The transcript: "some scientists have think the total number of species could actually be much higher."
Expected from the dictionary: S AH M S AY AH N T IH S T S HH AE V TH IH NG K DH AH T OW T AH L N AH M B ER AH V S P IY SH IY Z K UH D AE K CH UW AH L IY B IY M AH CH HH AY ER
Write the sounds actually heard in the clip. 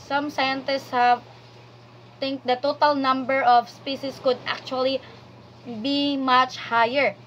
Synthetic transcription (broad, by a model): S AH M S AY AH N T IH S T S HH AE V T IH NG K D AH T OW T AH L N AH M B ER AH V S P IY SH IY S K UH D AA K CH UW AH L IY B IY M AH CH HH AY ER